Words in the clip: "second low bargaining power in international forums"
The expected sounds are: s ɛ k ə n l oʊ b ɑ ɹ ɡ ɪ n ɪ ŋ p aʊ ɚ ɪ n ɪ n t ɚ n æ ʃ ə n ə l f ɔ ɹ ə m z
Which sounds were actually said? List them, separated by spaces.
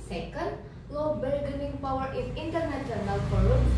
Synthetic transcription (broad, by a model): s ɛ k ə n l oʊ b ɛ l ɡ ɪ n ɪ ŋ p aʊ ɚ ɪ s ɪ n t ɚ n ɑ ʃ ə n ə l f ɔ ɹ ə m